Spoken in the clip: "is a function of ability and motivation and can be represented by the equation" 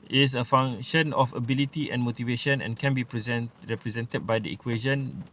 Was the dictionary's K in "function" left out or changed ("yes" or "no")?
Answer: yes